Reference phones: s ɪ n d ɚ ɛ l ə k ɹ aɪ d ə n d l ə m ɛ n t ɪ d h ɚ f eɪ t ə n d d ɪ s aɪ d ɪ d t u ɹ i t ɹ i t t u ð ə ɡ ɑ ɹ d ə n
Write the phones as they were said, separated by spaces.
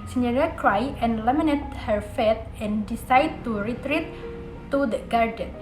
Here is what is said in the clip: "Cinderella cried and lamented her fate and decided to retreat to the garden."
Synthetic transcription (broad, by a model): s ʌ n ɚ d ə k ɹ aɪ ə n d l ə m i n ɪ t h ɚ f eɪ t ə n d d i s aɪ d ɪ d t u ɹ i t ɹ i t t u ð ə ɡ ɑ ɹ d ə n